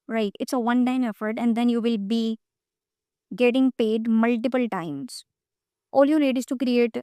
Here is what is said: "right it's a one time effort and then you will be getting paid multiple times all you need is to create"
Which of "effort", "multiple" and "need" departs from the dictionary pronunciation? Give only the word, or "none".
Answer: need